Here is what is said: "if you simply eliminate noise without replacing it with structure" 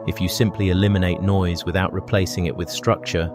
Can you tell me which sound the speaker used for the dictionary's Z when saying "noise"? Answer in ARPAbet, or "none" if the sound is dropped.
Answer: Z